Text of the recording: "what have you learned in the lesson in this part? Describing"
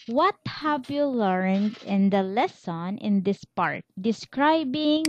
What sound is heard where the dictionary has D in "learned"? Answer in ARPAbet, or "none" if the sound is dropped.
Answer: D